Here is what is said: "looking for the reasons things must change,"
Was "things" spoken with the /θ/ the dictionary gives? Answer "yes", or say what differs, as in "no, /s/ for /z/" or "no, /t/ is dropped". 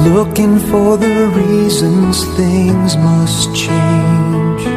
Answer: yes